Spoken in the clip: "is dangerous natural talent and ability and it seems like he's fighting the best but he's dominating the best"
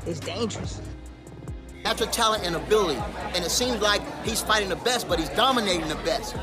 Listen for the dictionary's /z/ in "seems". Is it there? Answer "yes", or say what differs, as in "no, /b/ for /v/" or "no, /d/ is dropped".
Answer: yes